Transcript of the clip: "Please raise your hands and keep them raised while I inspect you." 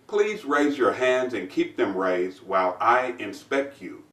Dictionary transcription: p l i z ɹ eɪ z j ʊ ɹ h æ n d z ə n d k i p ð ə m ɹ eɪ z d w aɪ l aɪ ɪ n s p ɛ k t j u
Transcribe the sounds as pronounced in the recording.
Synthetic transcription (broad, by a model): p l i z ɹ eɪ z j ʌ ɹ h æ n d z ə n k i p ð ə m ɹ eɪ z d w aɪ l aɪ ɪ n s p ɛ k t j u